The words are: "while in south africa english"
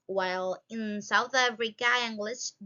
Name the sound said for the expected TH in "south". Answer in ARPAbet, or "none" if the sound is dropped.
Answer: TH